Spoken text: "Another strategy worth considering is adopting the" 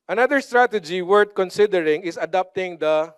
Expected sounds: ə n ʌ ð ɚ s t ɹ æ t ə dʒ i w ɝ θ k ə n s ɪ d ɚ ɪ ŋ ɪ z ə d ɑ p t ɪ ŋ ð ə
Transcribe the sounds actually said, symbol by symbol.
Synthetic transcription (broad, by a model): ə n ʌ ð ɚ s t ɹ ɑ t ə dʒ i w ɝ t k ə n s ɪ d ɚ ɪ ŋ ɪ s ə d ɑ p t ɪ ŋ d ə